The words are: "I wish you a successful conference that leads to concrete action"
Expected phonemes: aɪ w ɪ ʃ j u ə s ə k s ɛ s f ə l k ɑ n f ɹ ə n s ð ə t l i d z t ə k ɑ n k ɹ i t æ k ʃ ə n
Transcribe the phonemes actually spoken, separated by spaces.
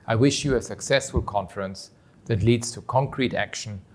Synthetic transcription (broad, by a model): aɪ w ɪ ʃ j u ə s ə k s ɛ s f ə l k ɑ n f ɹ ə n s ð ə t l i d z t ə k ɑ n k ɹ i t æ k ʃ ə n